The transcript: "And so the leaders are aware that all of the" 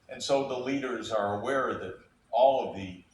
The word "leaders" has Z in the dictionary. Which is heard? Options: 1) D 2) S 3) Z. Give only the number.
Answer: 3